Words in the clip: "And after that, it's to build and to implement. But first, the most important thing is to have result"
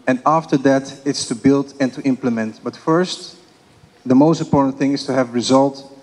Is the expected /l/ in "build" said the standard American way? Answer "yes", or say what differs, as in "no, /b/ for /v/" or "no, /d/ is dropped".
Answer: yes